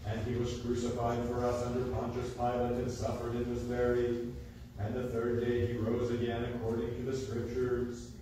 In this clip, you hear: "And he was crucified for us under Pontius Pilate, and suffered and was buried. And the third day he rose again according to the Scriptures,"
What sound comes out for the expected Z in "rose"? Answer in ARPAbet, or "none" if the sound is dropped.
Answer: Z